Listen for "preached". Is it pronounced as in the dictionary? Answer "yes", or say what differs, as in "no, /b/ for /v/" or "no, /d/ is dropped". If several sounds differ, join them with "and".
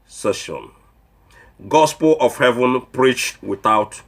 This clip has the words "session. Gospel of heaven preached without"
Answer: yes